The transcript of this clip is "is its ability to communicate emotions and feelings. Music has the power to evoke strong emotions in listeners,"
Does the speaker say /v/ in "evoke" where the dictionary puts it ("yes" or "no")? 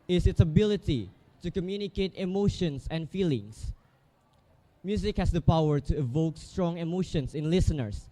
yes